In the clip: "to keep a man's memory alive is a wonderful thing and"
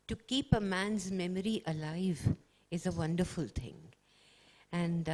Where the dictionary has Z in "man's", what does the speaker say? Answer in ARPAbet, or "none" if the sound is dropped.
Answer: Z